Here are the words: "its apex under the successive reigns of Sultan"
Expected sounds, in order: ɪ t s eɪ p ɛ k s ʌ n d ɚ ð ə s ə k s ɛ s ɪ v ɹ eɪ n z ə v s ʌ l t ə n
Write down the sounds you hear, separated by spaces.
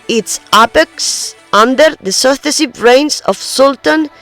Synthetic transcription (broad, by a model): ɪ t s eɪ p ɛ k s ʌ n d ɚ ð ə s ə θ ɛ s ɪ b ɹ eɪ n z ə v s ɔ l t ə n